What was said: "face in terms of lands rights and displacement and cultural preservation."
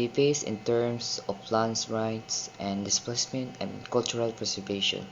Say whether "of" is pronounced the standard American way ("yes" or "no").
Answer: no